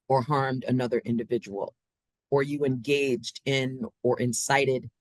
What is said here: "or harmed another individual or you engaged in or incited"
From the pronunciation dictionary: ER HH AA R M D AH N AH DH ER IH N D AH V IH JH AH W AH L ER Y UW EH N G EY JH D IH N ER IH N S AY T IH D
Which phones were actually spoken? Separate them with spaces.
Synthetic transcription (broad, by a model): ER HH AA R M D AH N AH DH ER IH N D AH V IH JH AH W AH L ER Y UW EH N G EY JH D IH N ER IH N S AY T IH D